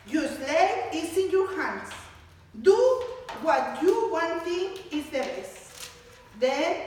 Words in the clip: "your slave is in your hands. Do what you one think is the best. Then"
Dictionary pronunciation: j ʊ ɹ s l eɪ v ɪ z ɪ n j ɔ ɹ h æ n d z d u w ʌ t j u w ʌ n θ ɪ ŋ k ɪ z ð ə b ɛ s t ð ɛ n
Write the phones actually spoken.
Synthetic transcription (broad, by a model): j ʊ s l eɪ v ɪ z ɪ n j ɔ ɹ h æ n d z d u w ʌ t j u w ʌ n t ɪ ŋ ɪ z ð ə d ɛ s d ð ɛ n